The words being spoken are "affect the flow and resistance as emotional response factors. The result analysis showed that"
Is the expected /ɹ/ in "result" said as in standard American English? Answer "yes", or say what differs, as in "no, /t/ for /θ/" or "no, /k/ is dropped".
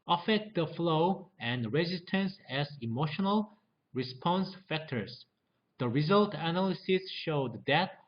yes